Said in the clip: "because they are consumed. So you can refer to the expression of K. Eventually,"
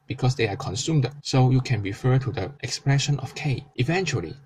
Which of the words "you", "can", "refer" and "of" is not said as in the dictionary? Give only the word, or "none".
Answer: of